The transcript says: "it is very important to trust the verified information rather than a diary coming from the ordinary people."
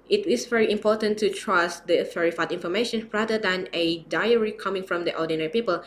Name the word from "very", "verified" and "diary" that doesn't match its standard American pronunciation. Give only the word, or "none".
verified